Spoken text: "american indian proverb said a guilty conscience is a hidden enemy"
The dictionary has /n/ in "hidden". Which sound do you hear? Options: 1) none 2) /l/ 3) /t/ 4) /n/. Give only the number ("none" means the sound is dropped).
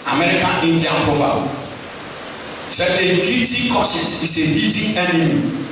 1